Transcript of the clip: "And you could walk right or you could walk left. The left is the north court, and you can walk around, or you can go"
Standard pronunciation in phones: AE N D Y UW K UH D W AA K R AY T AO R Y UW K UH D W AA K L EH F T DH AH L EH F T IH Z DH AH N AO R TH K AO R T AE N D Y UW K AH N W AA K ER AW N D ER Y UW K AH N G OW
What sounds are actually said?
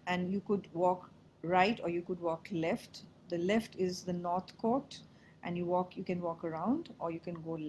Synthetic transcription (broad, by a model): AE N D Y UW K UH D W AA K R AY T AO R Y UW K UH D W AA K L EH F T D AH L EH F T IH Z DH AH N AO R T K AO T T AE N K Y UW K AH N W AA K ER AW N D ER Y UW K AH N G OW